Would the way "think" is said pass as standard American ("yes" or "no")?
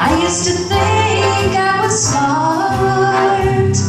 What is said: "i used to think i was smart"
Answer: yes